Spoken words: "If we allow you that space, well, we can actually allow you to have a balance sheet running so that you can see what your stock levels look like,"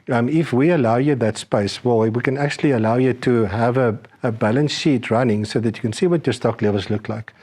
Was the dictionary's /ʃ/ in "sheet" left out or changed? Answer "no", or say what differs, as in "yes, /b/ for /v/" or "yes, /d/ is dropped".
no